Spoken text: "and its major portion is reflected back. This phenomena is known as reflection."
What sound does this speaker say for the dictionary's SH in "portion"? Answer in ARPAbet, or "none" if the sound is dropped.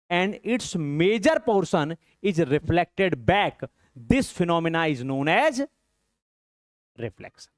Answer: S